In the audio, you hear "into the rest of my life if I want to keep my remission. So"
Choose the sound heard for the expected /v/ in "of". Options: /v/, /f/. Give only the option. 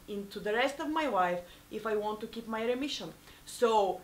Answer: /v/